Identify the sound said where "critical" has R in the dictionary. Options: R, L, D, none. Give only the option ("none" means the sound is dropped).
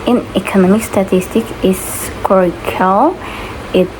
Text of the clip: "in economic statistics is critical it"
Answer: none